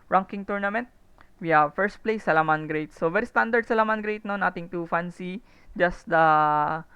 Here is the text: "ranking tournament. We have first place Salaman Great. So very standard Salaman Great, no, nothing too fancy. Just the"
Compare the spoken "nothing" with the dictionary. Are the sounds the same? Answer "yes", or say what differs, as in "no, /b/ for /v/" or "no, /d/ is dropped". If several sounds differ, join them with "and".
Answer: no, /t/ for /θ/